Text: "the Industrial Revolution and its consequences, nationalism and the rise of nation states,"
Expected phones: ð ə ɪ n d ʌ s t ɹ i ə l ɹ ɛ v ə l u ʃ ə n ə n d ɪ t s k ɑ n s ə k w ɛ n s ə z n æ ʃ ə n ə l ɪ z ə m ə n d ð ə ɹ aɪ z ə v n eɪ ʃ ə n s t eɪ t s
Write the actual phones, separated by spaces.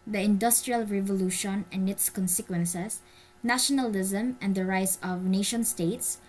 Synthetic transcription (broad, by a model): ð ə ɪ n d ʌ s t ɹ i ə l ɹ ɛ v ə l u ʃ ə n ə n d ɪ t s k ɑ n s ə k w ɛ n s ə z n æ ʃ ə n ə l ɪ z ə m ə n d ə ɹ aɪ s ə v n eɪ ʃ ə n s t eɪ t s